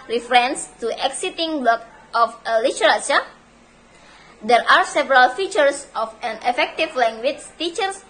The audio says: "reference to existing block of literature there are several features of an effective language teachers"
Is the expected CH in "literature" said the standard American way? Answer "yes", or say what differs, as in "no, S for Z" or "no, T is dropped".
no, S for CH